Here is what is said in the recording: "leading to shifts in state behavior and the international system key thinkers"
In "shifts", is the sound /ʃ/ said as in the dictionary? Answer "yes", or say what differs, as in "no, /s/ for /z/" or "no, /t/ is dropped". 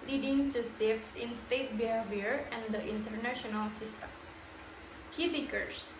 no, /s/ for /ʃ/